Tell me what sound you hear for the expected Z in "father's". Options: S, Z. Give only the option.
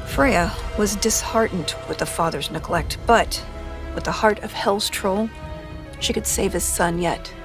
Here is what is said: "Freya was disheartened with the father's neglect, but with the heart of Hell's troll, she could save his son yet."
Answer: Z